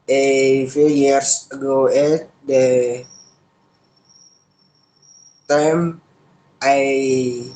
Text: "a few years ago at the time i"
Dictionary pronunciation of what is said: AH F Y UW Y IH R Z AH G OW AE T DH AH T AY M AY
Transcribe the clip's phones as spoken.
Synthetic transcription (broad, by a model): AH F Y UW Y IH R S AH G OW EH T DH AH T AY M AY